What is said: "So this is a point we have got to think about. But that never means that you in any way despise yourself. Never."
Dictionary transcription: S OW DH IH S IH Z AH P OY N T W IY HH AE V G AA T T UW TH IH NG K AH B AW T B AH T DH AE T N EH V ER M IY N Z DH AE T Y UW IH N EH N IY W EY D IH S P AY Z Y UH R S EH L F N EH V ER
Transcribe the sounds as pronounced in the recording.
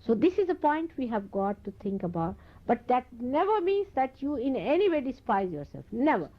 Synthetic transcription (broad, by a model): S OW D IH S IH Z AH P OY N T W IY HH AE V G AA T T UW T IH NG K AH B AW T B AH T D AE T N EH V ER M IY N Z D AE T Y UW IH N EH N IY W EY D IH S P AY Z Y UH R S EH L F N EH V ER